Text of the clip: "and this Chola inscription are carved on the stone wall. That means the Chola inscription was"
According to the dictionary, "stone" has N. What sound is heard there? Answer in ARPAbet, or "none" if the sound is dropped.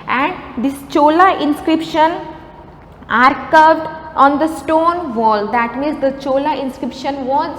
N